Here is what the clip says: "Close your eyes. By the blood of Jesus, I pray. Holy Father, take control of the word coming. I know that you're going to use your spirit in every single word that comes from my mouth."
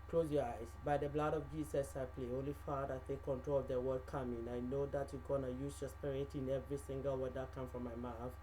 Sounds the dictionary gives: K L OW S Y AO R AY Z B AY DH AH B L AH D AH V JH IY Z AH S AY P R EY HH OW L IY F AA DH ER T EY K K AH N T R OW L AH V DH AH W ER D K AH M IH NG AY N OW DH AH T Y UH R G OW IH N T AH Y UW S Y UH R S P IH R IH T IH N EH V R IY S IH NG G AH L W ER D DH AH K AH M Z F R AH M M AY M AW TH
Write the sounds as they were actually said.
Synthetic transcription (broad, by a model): K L OW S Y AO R AY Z B AY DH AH B L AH D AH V JH IY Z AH S AY P L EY HH OW L IY F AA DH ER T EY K K AH N T R OW L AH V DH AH W ER D K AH M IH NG AY N OW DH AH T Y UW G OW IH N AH Y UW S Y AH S P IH R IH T IH N EH V R IY S IH NG G AH L W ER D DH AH K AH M F R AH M M AY M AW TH